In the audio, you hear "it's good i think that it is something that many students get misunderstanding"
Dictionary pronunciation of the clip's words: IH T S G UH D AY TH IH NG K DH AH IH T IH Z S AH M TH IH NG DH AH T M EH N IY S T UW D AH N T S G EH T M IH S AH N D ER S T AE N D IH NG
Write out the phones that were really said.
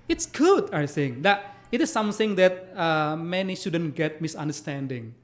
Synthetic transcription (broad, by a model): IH T S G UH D AY S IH NG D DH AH IH T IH S AH M TH IH NG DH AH T M EH N IY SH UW D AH N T G EH T M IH S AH N D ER S T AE N D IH NG